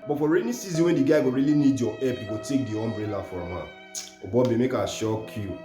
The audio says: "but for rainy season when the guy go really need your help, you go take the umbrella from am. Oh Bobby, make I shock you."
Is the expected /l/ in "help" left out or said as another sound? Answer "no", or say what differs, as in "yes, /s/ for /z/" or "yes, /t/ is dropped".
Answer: yes, /l/ is dropped